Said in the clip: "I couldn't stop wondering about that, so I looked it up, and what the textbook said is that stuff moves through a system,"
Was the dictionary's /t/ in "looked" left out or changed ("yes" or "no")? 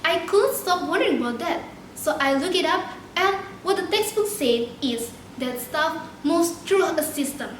yes